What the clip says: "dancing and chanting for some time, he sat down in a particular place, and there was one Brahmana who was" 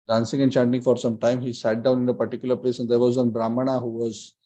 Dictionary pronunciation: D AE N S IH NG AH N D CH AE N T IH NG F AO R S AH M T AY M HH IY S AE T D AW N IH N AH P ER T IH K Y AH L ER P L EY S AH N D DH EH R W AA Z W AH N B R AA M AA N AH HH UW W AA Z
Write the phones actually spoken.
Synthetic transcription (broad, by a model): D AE N S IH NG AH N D CH AE N T IH NG F AO R S AH M T AY M HH IY S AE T D AW N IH N AH P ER T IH K Y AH L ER P L EY S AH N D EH R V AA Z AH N B R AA M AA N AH HH UW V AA Z